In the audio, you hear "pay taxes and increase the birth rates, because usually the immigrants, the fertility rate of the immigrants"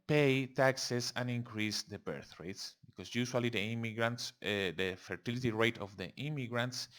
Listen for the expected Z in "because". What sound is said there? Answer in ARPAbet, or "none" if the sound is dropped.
S